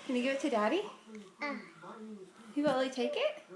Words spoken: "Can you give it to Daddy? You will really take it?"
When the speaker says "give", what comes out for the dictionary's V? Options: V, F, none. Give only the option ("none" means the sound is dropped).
none